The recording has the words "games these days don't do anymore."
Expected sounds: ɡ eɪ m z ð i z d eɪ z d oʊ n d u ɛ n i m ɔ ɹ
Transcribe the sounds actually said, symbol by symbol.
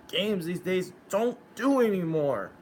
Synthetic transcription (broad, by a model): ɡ eɪ m z ð i z d eɪ z d oʊ n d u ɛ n i m ɔ ɹ